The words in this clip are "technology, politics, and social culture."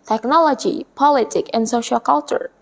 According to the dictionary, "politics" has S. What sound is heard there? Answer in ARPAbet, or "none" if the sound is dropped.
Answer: none